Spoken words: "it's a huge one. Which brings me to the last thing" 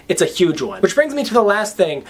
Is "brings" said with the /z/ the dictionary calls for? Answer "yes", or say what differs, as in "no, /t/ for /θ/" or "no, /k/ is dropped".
yes